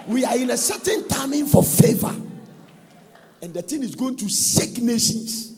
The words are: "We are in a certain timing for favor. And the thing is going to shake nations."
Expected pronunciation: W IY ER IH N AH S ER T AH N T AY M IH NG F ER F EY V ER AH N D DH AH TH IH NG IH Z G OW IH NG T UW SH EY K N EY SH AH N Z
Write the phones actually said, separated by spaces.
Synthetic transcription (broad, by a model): W IY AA IH N AH S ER T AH N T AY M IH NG F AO F EY V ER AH N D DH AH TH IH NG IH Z G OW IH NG T UW S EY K N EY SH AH N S